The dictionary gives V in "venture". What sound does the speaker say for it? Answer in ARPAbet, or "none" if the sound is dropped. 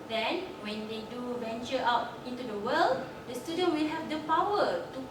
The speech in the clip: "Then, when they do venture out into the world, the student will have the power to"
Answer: B